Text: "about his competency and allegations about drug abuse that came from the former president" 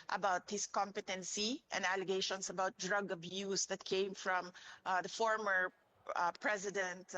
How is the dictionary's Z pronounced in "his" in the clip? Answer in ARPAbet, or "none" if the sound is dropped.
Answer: S